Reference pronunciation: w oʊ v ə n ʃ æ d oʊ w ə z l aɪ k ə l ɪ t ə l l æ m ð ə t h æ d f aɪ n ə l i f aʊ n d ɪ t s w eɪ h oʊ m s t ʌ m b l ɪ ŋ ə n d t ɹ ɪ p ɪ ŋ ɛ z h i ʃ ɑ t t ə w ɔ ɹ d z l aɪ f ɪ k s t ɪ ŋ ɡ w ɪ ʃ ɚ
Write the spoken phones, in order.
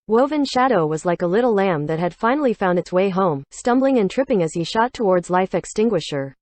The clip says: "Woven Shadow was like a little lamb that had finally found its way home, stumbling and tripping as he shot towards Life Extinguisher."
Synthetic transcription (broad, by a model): w oʊ v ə n ʃ æ d oʊ w ə z l aɪ k ə l ɪ t l l æ m ð ə t h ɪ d f aɪ n l i f aʊ n d ɪ t s w eɪ h oʊ m s t ʌ m b l ɪ ŋ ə n t ɹ ɪ p ɪ ŋ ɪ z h i ʃ ɑ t t ə w ɔ ɹ d z l aɪ f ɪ k s t ɪ ŋ ɡ w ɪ ʃ ɚ